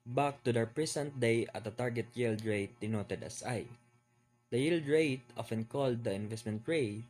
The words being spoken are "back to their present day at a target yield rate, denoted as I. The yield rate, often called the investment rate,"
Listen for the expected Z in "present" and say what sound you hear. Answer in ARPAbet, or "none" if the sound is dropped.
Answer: S